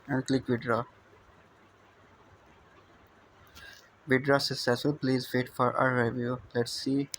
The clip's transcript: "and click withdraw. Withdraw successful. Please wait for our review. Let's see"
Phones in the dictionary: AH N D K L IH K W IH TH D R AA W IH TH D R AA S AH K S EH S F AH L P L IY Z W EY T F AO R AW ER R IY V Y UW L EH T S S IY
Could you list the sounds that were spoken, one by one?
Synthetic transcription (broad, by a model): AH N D K L IH K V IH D R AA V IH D R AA S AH S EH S AH P L IY Z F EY T F AO R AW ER R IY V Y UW L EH T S S IY